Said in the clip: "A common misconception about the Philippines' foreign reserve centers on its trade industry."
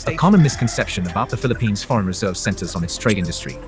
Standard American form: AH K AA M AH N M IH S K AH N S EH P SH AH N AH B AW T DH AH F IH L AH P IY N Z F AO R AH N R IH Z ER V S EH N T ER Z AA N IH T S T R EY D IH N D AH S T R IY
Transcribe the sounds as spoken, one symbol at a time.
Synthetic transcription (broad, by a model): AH K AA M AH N M IH S K AH N S EH P SH AH N AH B AW T DH AH F IH L AH P IY N Z F AO R AH N R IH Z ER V S EH N T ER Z N IH T S T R EY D IH N D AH S T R IY